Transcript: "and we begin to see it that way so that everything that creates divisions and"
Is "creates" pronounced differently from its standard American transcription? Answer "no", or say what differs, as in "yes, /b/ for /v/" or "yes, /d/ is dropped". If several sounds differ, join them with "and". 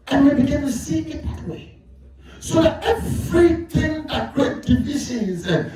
yes, /s/ is dropped